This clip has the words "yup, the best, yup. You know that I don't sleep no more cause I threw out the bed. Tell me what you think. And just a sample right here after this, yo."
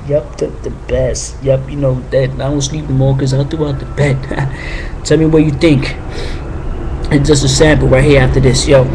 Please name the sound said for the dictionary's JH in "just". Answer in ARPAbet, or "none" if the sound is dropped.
ZH